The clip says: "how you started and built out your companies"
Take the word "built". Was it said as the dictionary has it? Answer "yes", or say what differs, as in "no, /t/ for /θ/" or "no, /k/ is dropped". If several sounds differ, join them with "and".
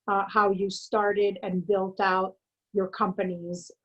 yes